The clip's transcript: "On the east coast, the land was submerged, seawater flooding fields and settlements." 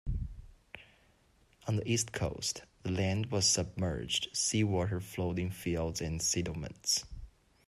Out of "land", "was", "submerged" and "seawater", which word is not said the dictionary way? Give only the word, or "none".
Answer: none